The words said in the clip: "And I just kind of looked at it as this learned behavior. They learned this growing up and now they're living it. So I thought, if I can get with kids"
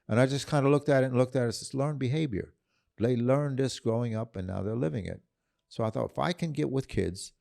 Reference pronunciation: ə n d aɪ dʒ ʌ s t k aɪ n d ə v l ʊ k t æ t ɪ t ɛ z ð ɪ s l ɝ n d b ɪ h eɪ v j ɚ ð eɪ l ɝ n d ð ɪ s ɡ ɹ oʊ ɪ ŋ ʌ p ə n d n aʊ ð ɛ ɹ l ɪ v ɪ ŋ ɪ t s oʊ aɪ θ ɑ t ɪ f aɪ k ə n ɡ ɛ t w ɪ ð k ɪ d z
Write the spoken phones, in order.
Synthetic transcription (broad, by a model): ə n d aɪ dʒ ʌ s k aɪ n d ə l ʊ k t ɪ t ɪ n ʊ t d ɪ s l ɝ n b ɪ h eɪ v j ɚ ð eɪ l ɝ n ð ɪ s ɡ ɹ oʊ ɪ ŋ ʌ p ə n n aʊ ð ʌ ɹ l ɪ v ɪ ŋ ɪ t s oʊ aɪ θ ɑ t ɪ f aɪ k ə n ɡ ɛ t w ɪ ð k ɪ d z